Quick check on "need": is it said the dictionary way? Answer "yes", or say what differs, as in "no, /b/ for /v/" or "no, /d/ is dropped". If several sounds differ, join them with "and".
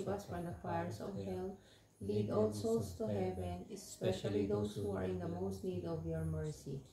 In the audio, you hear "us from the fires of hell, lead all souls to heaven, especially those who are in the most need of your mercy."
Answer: yes